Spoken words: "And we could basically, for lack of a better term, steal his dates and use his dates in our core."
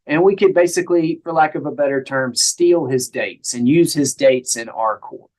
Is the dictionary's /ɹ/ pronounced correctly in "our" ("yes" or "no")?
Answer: yes